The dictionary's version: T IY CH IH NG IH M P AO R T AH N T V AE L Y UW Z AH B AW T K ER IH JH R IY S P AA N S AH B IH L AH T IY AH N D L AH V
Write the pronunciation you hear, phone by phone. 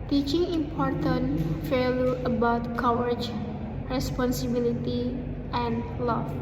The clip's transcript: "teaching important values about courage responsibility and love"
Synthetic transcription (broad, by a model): T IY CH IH NG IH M P AO R T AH N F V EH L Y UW AH B AW T K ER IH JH R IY S P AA N S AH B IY L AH T IY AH N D L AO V